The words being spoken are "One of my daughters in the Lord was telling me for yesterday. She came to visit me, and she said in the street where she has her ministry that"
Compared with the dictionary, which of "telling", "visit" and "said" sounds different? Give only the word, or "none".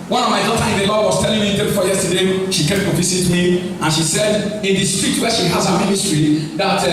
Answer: visit